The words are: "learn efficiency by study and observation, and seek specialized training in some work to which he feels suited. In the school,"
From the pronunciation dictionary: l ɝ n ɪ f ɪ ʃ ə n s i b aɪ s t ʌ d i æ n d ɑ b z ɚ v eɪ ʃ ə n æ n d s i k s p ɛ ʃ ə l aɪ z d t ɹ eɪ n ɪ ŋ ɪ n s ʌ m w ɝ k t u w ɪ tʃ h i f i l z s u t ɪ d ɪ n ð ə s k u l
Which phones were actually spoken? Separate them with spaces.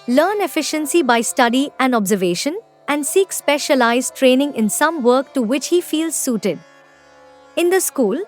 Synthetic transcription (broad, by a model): l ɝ n ɪ f ɪ ʃ ə n s i b aɪ s t ʌ d i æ n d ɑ b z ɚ v eɪ ʃ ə n æ n d s i k s p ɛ ʃ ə l aɪ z t ɹ eɪ n ɪ ŋ ɪ n s ʌ m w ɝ k t u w ɪ tʃ h i f i l z s u t ɪ d ɪ n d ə s k u l